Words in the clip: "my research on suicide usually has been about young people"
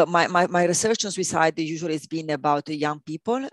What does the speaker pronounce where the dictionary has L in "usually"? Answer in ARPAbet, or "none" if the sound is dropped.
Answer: none